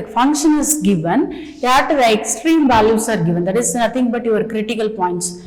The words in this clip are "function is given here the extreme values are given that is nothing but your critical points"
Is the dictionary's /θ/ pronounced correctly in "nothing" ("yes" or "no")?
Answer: no